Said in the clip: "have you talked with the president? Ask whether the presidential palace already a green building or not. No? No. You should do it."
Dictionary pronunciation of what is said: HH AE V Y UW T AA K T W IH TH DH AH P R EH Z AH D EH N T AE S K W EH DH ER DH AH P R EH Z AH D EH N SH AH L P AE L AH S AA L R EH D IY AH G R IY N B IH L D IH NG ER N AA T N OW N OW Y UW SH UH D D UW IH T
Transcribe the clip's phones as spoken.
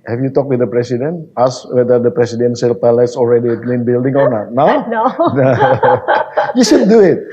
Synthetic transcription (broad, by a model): HH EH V Y UW T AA K W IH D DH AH P R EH S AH D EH N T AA S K W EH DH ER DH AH P R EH S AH D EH N S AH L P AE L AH S AA L R EH D IY AH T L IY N B IH L D IH NG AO N AA T N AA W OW Y UW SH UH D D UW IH T